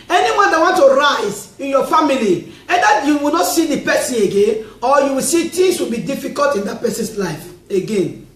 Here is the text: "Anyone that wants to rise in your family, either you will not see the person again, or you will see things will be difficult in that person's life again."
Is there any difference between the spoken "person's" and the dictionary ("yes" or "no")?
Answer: yes